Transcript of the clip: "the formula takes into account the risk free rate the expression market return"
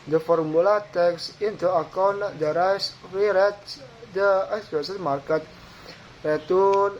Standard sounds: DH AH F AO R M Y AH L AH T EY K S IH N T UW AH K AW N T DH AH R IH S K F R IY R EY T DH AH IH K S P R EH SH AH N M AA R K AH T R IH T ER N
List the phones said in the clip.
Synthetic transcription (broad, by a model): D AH F AO R M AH L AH T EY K S IH N T UW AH K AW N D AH R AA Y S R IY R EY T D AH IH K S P EH S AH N M AA R K AH T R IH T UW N